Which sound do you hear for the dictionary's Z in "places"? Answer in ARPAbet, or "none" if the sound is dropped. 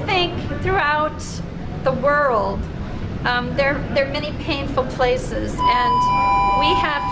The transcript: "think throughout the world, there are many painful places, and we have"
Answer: Z